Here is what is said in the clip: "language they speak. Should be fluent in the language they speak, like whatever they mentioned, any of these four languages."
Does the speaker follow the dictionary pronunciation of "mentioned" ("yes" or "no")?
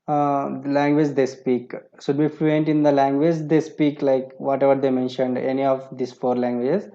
yes